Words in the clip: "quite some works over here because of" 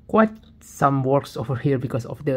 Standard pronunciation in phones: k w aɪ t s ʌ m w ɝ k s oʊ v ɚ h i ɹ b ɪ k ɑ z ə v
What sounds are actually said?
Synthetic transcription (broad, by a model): k w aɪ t s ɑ m w ɝ k s oʊ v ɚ h i ɹ b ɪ k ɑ s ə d